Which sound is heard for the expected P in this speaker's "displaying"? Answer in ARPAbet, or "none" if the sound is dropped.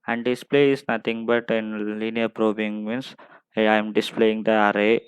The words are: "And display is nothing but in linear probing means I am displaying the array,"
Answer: P